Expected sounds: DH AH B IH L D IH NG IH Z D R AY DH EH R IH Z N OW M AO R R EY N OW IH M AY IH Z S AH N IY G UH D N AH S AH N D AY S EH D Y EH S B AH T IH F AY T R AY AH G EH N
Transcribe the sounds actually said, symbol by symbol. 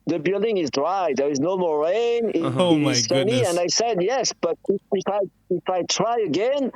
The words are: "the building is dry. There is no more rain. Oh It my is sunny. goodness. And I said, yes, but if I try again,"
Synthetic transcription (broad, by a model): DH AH B IH L D IH NG IH Z D R AY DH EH R IH Z N OW M AO R R EY IH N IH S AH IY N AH AH N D AY S EH D Y EH S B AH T IH F AY T R AY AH G EH N